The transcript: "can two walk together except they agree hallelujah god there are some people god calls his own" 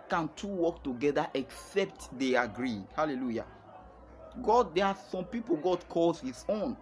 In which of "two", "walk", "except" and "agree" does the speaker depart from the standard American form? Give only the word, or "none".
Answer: none